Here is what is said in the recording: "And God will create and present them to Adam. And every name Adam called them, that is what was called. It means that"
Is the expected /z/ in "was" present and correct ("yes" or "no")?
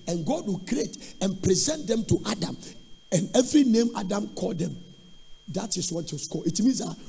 no